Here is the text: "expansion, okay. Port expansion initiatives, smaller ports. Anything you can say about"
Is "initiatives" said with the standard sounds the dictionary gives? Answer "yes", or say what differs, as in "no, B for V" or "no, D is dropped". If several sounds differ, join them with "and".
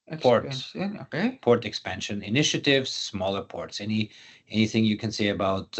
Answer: yes